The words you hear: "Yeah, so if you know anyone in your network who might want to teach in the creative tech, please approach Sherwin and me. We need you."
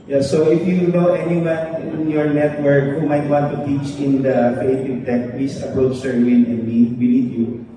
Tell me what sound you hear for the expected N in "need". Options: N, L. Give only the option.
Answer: L